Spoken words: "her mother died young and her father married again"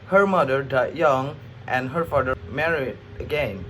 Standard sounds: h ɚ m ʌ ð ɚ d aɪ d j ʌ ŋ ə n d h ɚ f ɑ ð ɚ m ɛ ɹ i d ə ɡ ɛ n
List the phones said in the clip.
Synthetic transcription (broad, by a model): h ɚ m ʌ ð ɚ d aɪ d j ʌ ŋ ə n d h ɚ f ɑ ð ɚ m ɛ ɹ i d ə ɡ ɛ n